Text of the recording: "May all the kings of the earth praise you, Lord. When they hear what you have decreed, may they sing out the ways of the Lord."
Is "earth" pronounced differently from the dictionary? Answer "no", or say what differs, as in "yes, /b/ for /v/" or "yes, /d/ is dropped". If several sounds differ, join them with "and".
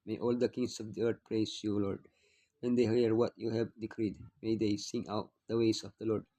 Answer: yes, /t/ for /θ/